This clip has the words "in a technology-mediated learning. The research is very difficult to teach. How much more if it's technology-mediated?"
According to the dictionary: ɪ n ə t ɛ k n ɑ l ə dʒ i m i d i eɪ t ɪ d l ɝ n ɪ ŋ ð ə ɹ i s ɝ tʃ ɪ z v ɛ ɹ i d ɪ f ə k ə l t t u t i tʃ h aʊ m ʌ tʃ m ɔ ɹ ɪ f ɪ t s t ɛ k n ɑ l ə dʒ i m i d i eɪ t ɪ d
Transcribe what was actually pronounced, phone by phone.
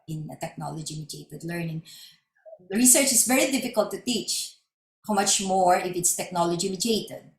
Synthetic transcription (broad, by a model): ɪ n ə t ɛ k n ɑ l ə dʒ i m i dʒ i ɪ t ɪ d l ɝ n ɪ ŋ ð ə ɹ i s ɝ tʃ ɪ s v ɛ ɹ i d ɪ f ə k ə l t t u t i tʃ h aʊ m ʌ tʃ m ɔ ɹ ɪ f ɪ t s t ɛ k n ɑ l ə dʒ i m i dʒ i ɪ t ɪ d